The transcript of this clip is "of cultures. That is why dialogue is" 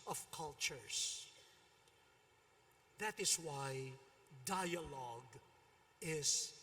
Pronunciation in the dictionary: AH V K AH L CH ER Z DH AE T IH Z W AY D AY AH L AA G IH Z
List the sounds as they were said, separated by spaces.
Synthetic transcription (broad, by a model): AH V K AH L CH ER S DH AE T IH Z W AY D AY AH L AA G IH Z